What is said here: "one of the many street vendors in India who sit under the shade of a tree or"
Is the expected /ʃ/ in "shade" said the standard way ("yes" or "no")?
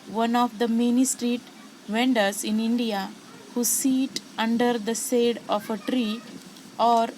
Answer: no